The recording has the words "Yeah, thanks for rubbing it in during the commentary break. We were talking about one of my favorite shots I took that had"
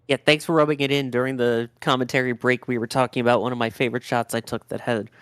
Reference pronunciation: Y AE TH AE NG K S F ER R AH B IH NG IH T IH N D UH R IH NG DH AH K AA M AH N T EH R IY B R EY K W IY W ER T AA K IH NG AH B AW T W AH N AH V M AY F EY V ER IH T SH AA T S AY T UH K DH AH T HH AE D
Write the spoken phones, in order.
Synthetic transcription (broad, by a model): Y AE TH AE NG K S F ER R AH B IH NG IH T IH N D UH R IH NG DH AH K AA M AH N T EH R IY B R EY K W IY W ER T AA K IH NG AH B AW T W AH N AH V M AY F EY V ER IH T SH AA T S AY T UH K DH AH T HH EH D